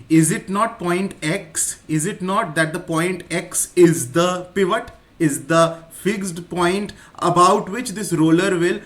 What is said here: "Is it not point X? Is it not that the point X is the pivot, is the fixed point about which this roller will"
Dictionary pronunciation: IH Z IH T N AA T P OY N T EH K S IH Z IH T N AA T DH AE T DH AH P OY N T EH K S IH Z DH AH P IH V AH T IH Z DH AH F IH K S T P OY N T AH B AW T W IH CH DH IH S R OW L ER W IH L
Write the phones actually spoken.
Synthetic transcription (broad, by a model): IH Z IH T N AA T P OY N T EH K S IH Z IH T N AA T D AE T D AH P OY N T EH K S IH Z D AH P IH V AH T IH Z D AH F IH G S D P OY N T AH B AW T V IH CH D IH S R OW L ER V IH L